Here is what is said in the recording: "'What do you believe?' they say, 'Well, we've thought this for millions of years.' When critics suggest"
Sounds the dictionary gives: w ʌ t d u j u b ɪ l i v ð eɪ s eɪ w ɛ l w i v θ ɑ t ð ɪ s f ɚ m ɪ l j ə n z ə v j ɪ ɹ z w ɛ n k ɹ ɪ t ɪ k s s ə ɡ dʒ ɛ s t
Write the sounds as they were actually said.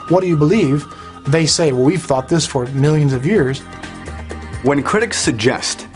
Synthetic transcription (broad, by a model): w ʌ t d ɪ j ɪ b ɪ l i v ð eɪ s eɪ w ɛ l w i v θ ɑ t ð ɪ s f ɚ m ɪ l j ə n z ə v j ɪ ɹ z w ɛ n k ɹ ɪ t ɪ k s s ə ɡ dʒ ɛ s t